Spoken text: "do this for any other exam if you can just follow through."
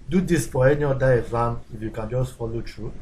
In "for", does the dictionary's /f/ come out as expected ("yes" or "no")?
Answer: no